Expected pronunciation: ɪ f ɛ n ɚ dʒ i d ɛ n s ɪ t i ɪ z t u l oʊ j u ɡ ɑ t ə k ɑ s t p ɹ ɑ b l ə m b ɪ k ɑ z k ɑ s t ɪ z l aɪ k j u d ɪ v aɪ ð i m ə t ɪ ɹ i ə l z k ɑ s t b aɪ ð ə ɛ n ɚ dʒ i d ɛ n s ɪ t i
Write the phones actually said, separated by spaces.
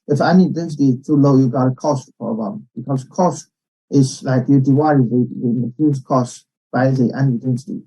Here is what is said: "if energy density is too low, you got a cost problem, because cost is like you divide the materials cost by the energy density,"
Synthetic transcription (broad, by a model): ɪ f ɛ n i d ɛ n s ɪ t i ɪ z t u l oʊ j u ɡ ɑ t ə k ɑ s t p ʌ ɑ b ə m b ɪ k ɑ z k ɑ s t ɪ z l aɪ k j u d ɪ w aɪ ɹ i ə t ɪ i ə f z k ɑ s t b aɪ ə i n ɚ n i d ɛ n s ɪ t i